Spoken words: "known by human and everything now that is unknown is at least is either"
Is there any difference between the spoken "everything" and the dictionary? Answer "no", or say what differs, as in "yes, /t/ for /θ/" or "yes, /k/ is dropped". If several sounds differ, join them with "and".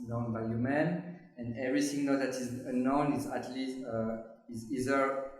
yes, /s/ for /θ/